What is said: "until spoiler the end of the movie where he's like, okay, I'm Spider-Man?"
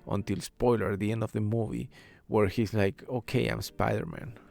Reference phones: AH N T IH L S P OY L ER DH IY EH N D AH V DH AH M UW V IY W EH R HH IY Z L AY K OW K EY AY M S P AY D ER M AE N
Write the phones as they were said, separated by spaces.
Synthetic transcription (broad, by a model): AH N T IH L S P OY L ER DH IY EH N D AH V DH AH M UW V IY W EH R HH IY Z L AY K OW K EY AY M S P AY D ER M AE N